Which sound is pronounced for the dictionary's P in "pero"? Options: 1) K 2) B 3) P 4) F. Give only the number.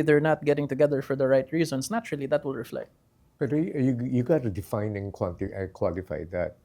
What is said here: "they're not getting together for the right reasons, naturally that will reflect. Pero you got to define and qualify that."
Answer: 2